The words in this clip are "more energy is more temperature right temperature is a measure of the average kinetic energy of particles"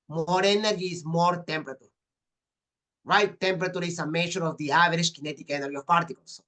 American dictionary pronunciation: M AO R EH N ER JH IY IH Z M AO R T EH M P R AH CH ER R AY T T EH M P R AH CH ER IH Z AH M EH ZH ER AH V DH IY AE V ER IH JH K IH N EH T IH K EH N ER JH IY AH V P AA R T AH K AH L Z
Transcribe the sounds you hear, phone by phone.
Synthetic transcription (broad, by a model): M AO R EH N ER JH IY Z M AO R T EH M P R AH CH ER R AY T T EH M P R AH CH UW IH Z AH M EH SH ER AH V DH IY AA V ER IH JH K IH N EH T IH K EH N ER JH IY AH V P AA R T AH K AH L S